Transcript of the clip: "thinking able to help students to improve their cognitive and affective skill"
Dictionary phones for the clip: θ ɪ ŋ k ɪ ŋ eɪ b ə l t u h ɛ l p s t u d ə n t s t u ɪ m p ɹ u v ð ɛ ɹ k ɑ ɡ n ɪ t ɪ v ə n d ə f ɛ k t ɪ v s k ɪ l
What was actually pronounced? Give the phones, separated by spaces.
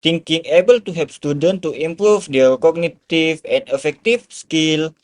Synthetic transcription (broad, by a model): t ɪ ŋ k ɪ ŋ eɪ b ə l t u h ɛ p s t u d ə n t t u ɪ m p ɹ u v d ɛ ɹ k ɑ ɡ n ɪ t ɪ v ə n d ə f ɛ k t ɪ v s k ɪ l